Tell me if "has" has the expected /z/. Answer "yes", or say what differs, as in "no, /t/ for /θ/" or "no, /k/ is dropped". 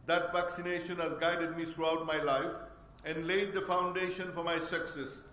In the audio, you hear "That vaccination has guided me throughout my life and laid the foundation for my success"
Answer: yes